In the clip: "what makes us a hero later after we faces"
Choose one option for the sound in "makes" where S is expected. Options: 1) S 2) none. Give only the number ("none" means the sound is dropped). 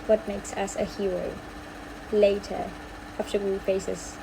1